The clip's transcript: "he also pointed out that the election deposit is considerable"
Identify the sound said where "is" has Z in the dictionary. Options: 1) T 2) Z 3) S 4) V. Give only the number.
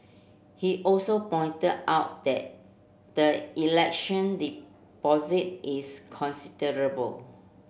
3